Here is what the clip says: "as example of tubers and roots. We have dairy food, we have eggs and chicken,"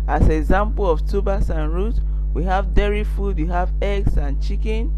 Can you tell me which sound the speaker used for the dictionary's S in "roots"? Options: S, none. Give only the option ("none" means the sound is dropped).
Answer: none